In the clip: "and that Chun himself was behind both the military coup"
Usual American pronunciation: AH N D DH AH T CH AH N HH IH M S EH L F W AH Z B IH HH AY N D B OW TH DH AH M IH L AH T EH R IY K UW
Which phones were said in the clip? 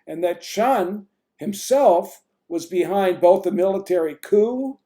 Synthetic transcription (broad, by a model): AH N DH AH T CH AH N HH IH M S EH L F W AH Z B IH HH AY N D B OW TH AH M IH L AH T EH R IY K UW